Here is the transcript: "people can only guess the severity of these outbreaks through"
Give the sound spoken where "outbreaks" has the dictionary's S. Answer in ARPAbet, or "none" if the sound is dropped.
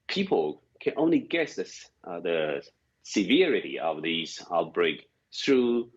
none